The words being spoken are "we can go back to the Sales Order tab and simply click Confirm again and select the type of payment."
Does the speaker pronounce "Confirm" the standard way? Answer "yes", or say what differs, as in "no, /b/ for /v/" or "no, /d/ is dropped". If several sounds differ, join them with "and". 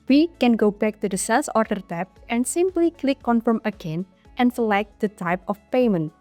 yes